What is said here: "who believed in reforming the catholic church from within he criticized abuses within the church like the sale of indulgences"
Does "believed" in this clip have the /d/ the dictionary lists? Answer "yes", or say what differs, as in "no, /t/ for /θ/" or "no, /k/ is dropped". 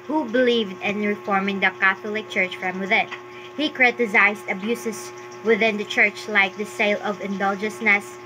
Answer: yes